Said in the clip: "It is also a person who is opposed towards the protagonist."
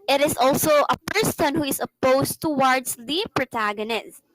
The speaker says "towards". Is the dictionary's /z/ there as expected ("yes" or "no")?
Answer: no